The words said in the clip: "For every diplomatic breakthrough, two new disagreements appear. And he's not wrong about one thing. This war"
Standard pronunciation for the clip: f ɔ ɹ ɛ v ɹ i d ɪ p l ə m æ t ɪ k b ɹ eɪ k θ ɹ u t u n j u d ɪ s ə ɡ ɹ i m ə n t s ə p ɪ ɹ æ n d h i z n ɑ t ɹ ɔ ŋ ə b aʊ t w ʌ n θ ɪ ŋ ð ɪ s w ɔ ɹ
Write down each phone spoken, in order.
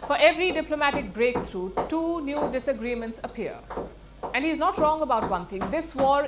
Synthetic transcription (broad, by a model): f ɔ ɹ ɛ v ɹ i d ɪ p l ə m æ t ɪ k b ɹ eɪ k t ɹ u t u n j u d ɪ s ə ɡ ɹ i m ə n t s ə p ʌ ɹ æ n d h i z n ɑ t ɹ ɔ ŋ ə b aʊ t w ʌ n t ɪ ŋ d ɪ s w ɔ ɹ